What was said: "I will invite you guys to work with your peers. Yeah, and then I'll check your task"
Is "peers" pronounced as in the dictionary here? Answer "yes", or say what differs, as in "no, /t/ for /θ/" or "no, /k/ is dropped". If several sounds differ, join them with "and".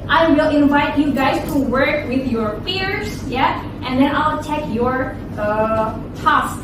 no, /f/ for /p/